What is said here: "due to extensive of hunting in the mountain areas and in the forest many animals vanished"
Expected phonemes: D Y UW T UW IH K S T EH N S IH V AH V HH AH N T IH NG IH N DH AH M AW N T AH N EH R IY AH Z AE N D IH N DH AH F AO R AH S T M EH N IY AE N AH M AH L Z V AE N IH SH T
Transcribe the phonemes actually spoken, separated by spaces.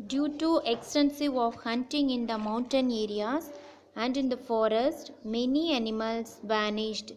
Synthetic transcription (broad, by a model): D Y UW T UW IH K S T EH N S IH V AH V HH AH N T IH NG IH N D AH M AW N T AH N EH R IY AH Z AE N D IH N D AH F AO R AH S T M EH N IY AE N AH M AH L S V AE N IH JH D